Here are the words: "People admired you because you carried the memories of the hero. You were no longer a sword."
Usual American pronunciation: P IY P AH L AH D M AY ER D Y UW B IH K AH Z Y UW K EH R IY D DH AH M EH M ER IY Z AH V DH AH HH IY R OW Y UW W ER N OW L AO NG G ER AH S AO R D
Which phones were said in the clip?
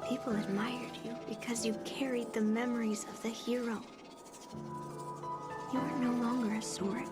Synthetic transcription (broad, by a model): P IY P L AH D M AY ER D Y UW B IH K AH Z Y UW K EH R IY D DH AH M EH M ER IY Z AH V DH AH HH IY R OW Y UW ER N OW L AO NG G ER AH S AO R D